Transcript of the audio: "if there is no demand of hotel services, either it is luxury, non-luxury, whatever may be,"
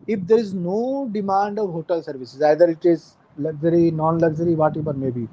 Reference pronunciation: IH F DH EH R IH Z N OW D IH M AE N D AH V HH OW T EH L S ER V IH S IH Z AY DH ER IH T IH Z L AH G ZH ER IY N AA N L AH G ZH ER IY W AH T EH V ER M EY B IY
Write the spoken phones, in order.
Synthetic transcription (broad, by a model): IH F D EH R IH Z N OW D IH M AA N D AH V HH OW T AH L S ER V IH S IH Z AY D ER IH T IH Z L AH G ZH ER IY N AA N L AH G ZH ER IY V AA T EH B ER M EY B IY